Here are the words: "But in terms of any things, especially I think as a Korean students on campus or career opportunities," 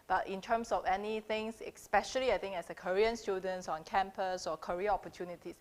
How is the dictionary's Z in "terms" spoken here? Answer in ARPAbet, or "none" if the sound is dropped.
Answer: S